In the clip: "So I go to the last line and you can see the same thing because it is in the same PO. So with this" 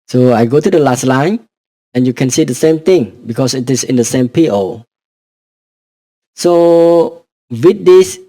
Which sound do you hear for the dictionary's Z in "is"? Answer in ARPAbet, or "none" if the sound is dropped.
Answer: S